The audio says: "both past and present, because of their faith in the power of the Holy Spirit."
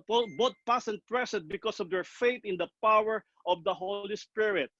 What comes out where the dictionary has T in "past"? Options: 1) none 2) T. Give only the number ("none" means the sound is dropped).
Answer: 1